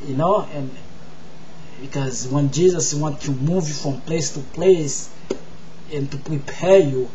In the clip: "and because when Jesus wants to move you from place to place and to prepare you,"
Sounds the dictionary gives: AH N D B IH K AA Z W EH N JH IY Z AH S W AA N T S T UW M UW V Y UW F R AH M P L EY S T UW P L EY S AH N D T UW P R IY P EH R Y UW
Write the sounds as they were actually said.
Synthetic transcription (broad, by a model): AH N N B IH K AA Z W EH N JH IY Z AH S W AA N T T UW M UW V Y UW F R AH M P L EY S T UW P L EY S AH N T UW P R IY P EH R Y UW